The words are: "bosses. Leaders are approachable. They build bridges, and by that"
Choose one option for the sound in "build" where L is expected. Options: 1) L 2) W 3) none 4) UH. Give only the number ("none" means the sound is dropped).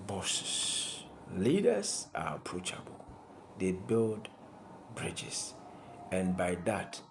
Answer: 1